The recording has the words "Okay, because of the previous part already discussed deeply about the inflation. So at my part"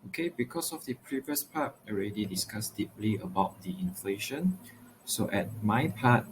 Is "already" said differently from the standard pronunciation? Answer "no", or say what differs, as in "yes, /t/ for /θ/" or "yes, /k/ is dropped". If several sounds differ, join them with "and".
no